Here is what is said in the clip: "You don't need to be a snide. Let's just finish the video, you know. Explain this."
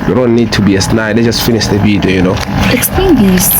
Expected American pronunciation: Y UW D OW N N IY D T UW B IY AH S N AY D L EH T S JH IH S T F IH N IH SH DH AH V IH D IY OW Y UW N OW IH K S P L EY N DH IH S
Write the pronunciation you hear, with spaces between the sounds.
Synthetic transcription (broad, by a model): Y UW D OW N N IY D T UW B IY AH S N AY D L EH JH IH S T F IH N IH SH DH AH B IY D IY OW Y UW N OW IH K S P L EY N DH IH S